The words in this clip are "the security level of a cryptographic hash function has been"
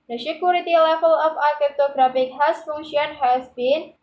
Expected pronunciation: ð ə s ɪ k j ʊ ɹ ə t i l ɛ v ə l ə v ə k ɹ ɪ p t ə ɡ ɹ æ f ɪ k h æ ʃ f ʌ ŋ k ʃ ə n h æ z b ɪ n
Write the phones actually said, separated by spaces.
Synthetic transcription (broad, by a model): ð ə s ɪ k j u ɹ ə t i l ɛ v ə l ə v ə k ɛ t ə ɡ ɹ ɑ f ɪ k h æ s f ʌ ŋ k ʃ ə n h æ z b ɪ n